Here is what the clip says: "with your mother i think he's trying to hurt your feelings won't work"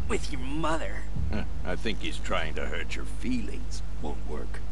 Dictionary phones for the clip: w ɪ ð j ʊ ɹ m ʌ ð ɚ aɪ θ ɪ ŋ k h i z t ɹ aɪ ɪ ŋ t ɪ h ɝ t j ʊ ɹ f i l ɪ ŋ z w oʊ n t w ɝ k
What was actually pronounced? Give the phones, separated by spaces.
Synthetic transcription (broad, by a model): w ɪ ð j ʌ ɹ m ʌ ð ɚ aɪ θ ɪ ŋ k h i z t ɹ aɪ ɪ ŋ t ɪ h ɝ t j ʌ ɹ f i l ɪ ŋ z w oʊ n t w ɝ k